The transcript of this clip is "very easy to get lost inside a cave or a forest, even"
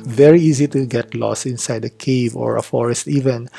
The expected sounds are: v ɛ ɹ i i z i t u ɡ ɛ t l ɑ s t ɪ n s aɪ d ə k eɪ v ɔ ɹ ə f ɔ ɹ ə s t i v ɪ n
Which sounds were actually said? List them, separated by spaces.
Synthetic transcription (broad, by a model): v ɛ ɹ i i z i t u ɡ ɛ t l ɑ s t ɪ n s aɪ d ə k eɪ v ɔ ɹ ə f ɔ ɹ ə s t i v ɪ n